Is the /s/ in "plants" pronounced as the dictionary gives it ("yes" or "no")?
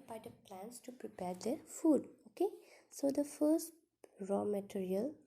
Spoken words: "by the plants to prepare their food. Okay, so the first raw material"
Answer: yes